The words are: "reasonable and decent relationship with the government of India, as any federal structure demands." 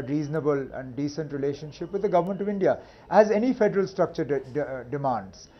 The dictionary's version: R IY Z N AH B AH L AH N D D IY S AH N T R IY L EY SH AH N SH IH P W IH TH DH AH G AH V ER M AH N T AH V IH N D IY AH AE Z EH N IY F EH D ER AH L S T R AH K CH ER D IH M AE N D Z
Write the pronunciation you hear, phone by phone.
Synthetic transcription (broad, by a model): R IY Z N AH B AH L AH N D D IY S AH N T R IY L EY SH AH N SH IH P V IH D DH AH G AH V ER M AH N T AH V IH N D IY AH AE Z EH N IY F EH D ER AH L S T R AH K CH ER D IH M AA N D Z